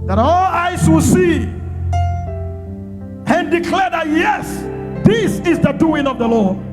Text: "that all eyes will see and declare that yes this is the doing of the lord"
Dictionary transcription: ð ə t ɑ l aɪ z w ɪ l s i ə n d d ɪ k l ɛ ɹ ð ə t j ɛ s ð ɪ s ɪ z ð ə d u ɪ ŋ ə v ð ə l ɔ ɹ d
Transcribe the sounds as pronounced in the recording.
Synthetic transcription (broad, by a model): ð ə t ɑ l aɪ s w ɪ l s i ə n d d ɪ k l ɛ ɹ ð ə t j ɛ s ð ɪ s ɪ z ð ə d u ɪ ŋ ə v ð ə l ɔ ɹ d